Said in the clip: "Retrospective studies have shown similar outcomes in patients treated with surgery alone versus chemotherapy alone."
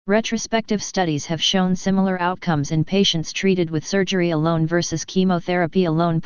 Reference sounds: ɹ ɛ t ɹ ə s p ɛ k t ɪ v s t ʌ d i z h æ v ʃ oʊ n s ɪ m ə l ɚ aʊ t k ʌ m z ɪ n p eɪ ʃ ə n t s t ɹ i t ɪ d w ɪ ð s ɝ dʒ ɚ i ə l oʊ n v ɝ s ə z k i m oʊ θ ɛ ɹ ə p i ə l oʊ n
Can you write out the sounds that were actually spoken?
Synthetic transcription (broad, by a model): ɹ ɛ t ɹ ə s p ɛ k t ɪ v s t ʌ d i z h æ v ʃ oʊ n s ɪ m l ɚ aʊ t k ʌ m z ɪ n p eɪ ʃ ə n t s t ɹ i t ɪ d w ɪ ð s ɝ dʒ ɚ i ə l oʊ n v ɝ s ə z k i m oʊ θ ɛ ɹ ə p i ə l oʊ n